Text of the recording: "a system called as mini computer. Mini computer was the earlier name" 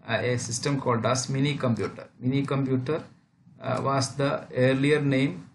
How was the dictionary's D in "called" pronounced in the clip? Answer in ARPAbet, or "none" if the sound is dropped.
D